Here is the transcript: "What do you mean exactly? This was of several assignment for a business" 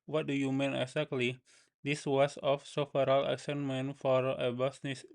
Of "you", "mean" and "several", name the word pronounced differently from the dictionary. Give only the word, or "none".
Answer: several